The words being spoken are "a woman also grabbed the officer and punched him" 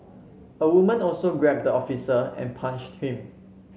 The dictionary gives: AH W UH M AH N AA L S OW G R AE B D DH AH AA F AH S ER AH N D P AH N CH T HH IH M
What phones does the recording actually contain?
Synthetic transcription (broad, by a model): AH W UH M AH N AA L S OW G R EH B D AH AA F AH S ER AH N P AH N SH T HH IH M